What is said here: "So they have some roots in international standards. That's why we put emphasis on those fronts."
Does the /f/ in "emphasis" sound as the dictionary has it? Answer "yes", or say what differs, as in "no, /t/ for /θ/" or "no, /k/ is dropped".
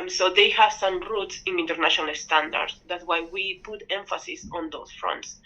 yes